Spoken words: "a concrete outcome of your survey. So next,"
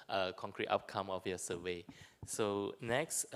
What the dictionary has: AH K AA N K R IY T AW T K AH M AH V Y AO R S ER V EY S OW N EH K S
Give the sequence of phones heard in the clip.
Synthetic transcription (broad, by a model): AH K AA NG K R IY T AW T K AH M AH F Y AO S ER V EY S OW N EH K S